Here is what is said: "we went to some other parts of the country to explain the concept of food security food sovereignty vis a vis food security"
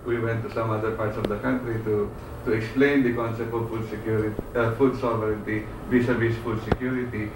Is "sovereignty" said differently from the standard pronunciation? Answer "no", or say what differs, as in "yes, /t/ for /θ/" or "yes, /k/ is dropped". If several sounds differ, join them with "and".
no